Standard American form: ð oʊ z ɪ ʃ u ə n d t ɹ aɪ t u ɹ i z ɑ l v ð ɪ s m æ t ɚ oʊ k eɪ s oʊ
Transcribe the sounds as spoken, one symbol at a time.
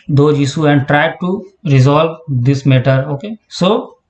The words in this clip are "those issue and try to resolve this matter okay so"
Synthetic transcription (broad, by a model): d oʊ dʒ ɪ s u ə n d t ɹ aɪ t u ɹ i z ɑ l v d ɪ s m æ t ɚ oʊ k eɪ s oʊ